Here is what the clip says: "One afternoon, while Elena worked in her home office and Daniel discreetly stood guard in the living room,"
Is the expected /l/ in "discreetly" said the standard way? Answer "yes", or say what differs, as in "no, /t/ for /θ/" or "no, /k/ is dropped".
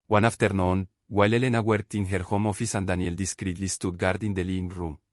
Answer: yes